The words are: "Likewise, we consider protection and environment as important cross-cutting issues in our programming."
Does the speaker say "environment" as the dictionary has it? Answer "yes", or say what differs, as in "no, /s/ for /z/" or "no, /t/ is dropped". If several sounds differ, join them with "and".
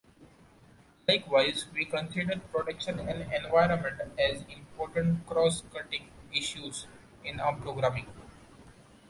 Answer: yes